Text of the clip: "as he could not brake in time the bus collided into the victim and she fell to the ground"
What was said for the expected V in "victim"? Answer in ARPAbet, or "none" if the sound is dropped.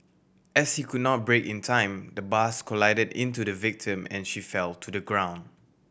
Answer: V